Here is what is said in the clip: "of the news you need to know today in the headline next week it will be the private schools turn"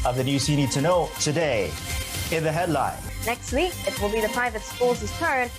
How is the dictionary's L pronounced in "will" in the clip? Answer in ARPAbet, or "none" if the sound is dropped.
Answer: L